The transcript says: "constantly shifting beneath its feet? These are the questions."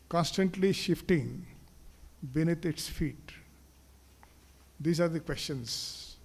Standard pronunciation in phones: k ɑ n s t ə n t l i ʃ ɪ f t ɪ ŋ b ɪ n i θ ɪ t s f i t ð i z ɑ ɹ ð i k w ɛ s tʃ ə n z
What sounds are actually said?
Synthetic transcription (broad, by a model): k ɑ n s t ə n t l i ʃ ɪ f t ɪ ŋ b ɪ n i t ɪ t s f i t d i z ɑ ɹ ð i k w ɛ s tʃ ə n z